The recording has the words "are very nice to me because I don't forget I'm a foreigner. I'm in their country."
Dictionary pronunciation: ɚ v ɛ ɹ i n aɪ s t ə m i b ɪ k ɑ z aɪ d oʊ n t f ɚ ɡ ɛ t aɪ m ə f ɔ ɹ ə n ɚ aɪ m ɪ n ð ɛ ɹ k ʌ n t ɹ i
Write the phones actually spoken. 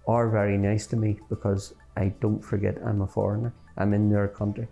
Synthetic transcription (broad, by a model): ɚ v ɛ ɹ i n aɪ s t ə m i b ɪ k ɑ z aɪ d oʊ n t f ɚ ɡ ɛ t aɪ m ə f ɔ ɹ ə n ɚ aɪ m ɪ n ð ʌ ɹ k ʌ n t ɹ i